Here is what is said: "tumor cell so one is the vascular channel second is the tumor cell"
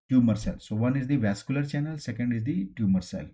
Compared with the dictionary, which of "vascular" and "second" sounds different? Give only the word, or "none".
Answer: none